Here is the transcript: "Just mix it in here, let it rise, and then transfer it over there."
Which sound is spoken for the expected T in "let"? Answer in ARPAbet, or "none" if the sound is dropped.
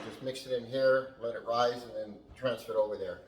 T